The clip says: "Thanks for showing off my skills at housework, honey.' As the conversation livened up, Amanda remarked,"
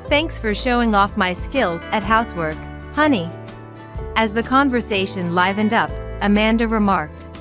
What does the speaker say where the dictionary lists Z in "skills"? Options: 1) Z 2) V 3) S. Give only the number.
1